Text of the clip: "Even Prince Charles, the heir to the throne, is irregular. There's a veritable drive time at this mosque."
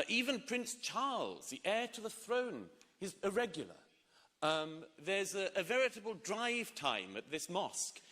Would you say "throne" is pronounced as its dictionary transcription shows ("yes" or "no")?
yes